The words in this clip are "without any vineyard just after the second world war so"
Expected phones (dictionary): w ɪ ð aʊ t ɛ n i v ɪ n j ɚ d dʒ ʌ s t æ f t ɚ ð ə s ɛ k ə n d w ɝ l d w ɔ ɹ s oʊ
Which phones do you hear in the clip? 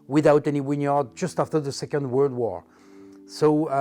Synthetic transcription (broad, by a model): w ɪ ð aʊ t ɛ n i w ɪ n j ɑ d dʒ ʌ s t æ f t ɚ ð ə s ɛ k ə n d w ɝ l d w ɔ ɹ s oʊ